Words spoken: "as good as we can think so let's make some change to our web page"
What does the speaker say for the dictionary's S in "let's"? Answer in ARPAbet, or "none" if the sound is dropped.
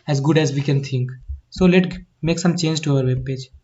none